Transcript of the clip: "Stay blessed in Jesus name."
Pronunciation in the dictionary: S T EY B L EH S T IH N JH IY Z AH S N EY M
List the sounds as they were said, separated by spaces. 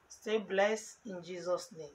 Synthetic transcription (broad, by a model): S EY B L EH S IH N JH IY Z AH S N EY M